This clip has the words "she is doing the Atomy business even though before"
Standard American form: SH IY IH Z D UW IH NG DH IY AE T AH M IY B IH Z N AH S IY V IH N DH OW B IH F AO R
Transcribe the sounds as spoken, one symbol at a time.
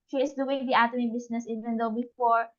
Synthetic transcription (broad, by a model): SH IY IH S D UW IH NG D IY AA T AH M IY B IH S N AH S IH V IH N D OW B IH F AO R